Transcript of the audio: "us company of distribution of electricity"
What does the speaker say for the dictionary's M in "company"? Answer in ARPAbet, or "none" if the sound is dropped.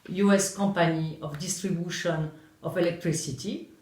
none